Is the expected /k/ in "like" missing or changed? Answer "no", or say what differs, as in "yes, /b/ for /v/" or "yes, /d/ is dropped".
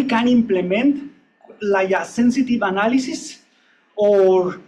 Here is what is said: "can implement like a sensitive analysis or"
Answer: yes, /k/ is dropped